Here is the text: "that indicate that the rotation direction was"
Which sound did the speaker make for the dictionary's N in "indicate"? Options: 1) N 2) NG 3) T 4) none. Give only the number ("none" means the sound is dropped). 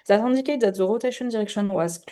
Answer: 4